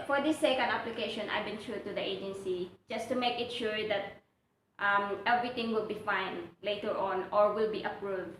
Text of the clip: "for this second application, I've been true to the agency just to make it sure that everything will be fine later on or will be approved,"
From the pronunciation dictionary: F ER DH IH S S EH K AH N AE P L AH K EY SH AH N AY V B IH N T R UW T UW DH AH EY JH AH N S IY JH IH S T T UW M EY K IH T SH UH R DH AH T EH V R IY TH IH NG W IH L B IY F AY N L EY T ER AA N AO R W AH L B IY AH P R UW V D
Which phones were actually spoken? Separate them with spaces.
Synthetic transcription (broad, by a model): F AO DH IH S S EH K AH N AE P L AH K EY SH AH N AY B IH N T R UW T UW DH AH EY JH AH N S IY JH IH S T T UW M EY K IH T SH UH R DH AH T EH V R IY T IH NG W IH L B IY F AY N L EY T ER AA N AO R W AH L B IY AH P R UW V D